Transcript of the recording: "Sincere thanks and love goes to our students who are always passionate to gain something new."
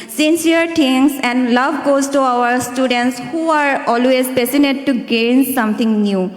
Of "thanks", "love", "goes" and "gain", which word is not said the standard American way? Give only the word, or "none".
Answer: thanks